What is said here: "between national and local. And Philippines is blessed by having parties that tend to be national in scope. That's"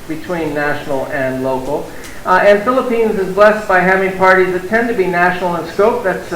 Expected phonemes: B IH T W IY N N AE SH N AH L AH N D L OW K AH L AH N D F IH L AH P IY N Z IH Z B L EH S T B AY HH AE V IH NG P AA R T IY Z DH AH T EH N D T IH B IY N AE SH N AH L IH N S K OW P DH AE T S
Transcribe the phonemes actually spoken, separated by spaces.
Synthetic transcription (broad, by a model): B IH T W IY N N AE SH N L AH N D L OW K L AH N F IH L AH P IY N Z IH Z B L EH S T B AY HH AE V IH NG P AA R T IY Z DH AH T EH N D T IH B IY N AE SH N L IH N S K OW P DH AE T S